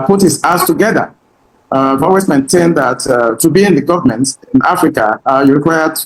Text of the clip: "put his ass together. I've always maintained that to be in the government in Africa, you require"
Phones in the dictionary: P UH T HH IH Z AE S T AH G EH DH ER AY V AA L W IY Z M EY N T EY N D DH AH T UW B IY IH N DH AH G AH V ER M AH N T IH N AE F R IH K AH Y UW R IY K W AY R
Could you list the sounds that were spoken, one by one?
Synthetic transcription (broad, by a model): P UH T HH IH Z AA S T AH G EH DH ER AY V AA W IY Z M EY N T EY N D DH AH T UW B IY IH N DH AH G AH V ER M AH N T IH N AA F R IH K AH Y UW R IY K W AY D